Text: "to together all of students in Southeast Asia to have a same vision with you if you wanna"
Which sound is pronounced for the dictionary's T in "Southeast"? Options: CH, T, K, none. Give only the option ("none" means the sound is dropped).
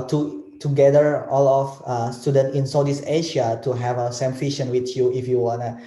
none